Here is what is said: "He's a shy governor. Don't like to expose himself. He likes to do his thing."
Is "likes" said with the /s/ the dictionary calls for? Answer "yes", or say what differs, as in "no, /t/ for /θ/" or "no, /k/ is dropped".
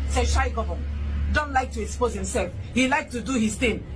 no, /s/ is dropped